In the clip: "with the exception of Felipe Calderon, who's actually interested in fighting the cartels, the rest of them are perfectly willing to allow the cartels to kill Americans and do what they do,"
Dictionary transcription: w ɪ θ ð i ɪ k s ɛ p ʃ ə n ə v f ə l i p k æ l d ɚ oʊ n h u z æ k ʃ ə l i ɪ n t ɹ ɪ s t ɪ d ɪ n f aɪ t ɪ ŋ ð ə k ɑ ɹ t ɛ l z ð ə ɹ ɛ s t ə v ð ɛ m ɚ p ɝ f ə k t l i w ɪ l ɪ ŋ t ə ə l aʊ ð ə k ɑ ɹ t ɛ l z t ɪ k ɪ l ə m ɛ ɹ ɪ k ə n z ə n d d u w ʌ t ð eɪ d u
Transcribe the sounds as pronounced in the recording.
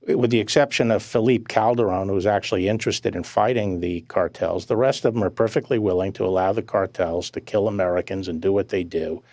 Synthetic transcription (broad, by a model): w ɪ ð i ɪ k s ɛ p ʃ ə n ə v f ə l i p k æ l d ɚ oʊ n h u z æ k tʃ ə l i ɪ n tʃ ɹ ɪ s t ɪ d ɪ n f aɪ t ɪ ŋ ð ə k ɑ ɹ t ɛ l z ð ə ɹ ɛ s t ə v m ɚ p ɝ f ə k t l i w ɪ l ɪ ŋ t ə ə l aʊ ð ə k ɑ ɹ t ɛ l z t ɪ k ɪ l ə m ɛ ɹ ɪ k ə n z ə n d d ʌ w ʌ t ð eɪ d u